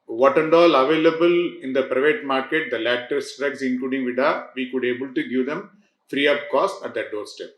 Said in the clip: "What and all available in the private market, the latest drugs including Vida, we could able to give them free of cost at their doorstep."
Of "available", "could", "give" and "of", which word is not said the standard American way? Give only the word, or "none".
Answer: of